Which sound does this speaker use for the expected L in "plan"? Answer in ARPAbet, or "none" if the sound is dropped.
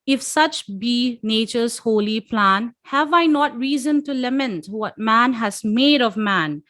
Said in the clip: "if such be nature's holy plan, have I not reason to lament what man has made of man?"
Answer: L